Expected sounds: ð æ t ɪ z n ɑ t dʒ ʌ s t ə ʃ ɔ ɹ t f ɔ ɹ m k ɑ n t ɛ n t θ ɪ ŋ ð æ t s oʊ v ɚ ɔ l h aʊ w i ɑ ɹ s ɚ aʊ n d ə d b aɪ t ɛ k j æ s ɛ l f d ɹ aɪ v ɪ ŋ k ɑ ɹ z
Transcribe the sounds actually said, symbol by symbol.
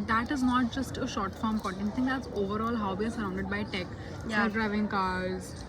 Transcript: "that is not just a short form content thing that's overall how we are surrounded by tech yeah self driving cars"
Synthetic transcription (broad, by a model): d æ t ɪ z n ɑ t dʒ ʌ s t ə ʃ ɔ ɹ t f ɔ ɹ m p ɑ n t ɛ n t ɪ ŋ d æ t s oʊ v ɚ ɔ l h aʊ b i ɑ ɹ s ɚ aʊ n d ə d b aɪ t ɛ k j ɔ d d ɹ aɪ v ɪ ŋ k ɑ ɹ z